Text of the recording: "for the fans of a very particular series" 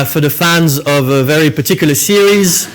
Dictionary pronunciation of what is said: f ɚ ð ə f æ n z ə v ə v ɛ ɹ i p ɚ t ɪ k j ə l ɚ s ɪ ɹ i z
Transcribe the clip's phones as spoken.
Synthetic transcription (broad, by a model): f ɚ ð ə f æ n z ə v ə v ɛ ɹ i p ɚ t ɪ k j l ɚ s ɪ ɹ i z